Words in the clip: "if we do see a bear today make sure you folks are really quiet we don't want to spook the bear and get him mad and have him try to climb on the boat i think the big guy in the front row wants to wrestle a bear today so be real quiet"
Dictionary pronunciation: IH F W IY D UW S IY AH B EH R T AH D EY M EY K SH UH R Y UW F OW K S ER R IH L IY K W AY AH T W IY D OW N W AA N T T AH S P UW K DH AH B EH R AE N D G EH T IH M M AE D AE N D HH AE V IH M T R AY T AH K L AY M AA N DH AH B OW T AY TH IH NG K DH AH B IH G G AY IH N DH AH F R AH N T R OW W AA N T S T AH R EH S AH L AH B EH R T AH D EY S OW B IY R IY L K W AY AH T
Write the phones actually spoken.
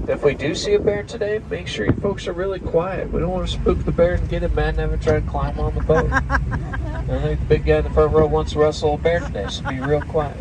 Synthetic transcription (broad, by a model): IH F W IY D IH S IY AH B EH R T AH D EY M EY K SH UH R Y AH F OW K S ER R IH L IY K W AY AH T W IY D OW N W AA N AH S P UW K DH AH B EH R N G EH T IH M M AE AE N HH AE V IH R T R AY T AH K L AY M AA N DH AH B OW T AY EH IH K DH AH B IH G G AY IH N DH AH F AH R R OW W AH N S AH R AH S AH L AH B EH R T AH D EY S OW B IY R IY L K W AY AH T